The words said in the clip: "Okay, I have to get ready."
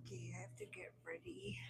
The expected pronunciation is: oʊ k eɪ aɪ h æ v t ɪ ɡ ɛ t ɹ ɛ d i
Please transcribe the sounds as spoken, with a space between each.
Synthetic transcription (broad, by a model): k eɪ aɪ h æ f t ɪ ɡ ɛ t ɹ ɛ d i